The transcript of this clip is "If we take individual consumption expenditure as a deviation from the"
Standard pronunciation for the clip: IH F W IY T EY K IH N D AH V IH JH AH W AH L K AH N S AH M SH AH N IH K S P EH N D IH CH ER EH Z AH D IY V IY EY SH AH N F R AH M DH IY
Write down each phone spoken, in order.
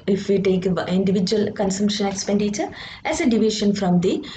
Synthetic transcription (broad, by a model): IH F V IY T EY K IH N D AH V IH JH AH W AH L K AH N S AH M SH AH N IH K S P EH N D IH CH ER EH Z AH D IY V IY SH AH N F R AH M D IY